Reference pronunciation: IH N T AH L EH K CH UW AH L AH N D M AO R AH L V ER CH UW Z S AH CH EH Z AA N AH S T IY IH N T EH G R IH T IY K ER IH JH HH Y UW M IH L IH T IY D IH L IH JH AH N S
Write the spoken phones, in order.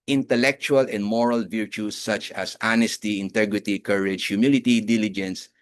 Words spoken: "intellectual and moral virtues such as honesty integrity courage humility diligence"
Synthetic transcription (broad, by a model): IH N T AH L EH K CH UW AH L AH N D M AO R AH L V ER CH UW S AH CH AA S AA N AH S T IY IH N T EH G R IH T IY K ER IH JH HH Y UW M IH L IH T IY D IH L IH JH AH N S